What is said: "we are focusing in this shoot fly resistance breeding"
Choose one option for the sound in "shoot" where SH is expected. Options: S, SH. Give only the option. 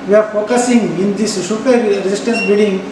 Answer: S